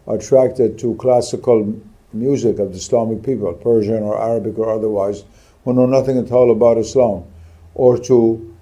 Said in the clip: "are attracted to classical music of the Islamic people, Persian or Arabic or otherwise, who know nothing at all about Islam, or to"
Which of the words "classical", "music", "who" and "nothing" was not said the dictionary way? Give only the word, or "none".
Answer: none